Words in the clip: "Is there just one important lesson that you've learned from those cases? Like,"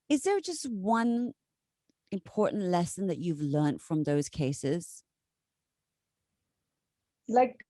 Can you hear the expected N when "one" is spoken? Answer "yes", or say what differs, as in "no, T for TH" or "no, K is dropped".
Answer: yes